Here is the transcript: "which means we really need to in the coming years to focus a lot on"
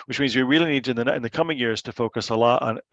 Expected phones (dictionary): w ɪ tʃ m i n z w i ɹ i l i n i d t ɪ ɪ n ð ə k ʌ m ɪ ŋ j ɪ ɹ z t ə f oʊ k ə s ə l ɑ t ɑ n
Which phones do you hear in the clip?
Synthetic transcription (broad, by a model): w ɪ tʃ m i n z w i ɹ i l i n i d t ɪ ɪ n ð ə k ʌ m ɪ ŋ j ɪ ɹ z t ə f oʊ k ə s ə l ɑ t n